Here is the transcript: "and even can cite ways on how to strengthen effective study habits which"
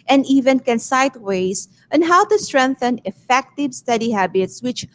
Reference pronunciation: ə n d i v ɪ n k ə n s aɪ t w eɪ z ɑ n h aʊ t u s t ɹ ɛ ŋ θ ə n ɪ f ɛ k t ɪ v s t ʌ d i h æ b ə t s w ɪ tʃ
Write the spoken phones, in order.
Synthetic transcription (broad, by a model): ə n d i v ɪ n k ə n s aɪ t w eɪ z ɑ n h aʊ t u s t ɹ ɛ ŋ θ ə n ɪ f ɛ k t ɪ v s t ʌ d i h æ b ə t s w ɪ tʃ